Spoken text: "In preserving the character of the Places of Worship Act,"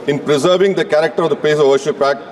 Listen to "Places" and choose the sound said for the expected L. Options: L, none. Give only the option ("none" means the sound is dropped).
none